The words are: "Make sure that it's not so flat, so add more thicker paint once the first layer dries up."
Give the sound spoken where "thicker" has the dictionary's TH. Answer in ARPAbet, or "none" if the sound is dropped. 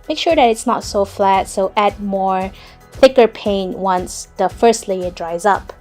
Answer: TH